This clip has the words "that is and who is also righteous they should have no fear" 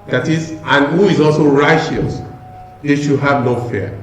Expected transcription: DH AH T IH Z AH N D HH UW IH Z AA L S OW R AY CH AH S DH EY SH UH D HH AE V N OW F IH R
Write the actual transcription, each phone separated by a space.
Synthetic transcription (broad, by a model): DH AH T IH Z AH N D HH UW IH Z AA L S OW R AY CH AH S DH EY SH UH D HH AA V N OW F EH